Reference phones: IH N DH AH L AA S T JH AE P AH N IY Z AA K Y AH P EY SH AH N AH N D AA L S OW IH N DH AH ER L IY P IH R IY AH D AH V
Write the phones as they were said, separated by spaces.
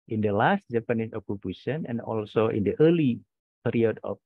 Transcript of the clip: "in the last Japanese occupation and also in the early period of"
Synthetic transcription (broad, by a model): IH N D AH L AA S T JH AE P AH N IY S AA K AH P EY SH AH N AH N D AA L S OW IH N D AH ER L IY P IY R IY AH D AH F